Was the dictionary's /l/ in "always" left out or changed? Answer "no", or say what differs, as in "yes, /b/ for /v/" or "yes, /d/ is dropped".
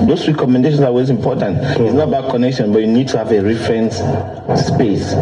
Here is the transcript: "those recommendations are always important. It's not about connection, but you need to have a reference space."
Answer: yes, /l/ is dropped